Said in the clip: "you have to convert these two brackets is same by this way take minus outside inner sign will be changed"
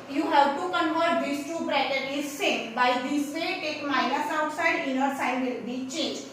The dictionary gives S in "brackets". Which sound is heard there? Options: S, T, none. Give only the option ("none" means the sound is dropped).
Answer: none